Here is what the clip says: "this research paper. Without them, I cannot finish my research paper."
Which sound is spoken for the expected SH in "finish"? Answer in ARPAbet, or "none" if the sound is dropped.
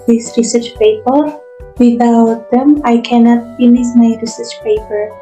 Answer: S